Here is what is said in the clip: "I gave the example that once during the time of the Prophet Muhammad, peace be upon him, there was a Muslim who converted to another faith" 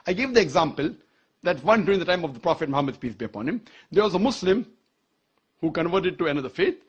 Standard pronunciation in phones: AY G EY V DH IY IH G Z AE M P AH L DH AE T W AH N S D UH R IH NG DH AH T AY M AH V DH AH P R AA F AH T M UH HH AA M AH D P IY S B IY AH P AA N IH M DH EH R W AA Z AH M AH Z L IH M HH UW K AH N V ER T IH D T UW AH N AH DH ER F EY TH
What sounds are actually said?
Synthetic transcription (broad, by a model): AY G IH V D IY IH G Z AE M P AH L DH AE T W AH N D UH R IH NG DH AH T AY M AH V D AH P R AA F AH T M UH HH AA M AH D P IY S B IY AH P AA N IH M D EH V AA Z AH M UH S L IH M HH UW K AH N V ER T IH D T UW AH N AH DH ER F EY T